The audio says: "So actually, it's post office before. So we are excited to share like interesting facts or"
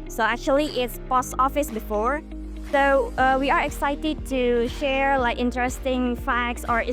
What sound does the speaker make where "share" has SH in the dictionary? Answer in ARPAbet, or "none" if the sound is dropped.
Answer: SH